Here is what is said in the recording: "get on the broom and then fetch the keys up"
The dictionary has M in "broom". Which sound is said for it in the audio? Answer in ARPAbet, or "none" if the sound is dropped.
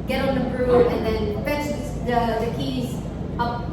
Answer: none